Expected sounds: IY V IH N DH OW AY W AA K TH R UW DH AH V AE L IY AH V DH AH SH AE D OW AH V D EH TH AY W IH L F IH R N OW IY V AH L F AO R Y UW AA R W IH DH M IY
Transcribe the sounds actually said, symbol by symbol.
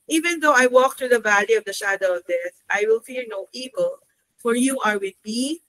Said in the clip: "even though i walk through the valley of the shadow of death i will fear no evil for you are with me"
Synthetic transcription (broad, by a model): IY V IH N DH OW AY W AA K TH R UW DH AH V AE L IY AH V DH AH SH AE D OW AH V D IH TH AY W IH L F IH R N OW IY V AH L F AO R Y UW AA R W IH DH M IY